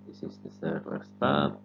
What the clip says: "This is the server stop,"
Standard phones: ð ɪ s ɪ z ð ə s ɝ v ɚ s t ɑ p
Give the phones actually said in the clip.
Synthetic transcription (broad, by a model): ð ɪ s ɪ z ð ə θ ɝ w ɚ s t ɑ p